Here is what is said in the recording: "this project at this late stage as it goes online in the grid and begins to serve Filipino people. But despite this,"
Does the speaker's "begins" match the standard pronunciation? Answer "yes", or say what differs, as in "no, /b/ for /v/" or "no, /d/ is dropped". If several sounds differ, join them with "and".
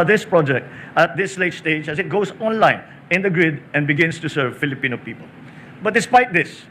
no, /s/ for /z/